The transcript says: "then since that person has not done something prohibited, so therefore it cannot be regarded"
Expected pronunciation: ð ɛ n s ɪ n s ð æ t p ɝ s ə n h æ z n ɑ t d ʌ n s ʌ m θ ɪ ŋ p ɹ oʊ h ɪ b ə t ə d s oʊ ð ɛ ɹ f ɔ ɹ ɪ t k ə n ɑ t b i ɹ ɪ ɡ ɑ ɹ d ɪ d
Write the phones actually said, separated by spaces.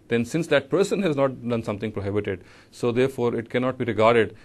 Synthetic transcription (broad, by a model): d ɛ n s ɪ n s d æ t p ɝ s ə n h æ z n ɑ t d ʌ n s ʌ m t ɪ ŋ p ɹ oʊ h ɪ b ə t ə d s oʊ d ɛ ɹ f ɔ ɹ ɪ t k ə n ɑ t b i ɹ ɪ ɡ ɑ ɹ d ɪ d